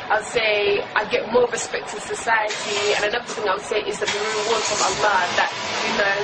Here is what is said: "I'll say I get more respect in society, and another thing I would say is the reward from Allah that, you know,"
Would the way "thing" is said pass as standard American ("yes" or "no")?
yes